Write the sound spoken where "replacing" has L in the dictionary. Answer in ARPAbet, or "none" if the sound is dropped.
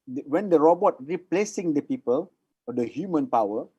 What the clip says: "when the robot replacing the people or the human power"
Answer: L